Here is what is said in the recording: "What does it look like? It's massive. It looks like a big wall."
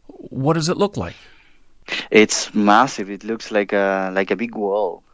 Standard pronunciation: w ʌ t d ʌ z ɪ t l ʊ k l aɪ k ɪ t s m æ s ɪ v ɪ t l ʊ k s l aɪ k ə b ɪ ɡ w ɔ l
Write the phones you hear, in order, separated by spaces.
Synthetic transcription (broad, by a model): w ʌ t d ʌ z ɪ t l ʊ k l aɪ k ɪ t s m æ s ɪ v ɪ t l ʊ k s l aɪ k ə b ɪ ɡ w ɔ l